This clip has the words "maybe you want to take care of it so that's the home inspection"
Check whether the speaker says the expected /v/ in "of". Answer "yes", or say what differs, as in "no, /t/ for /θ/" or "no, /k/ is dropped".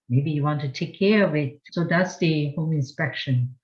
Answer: yes